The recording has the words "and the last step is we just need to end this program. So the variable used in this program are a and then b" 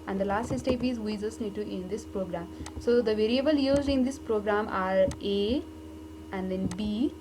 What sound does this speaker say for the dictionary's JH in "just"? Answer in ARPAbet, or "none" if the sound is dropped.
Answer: Z